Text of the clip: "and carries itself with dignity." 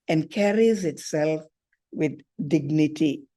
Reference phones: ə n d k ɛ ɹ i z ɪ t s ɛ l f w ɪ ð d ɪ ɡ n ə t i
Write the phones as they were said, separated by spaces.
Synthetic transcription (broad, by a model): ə n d k ɛ ɹ i z ɪ t s ɛ l f w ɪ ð d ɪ ɡ n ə t i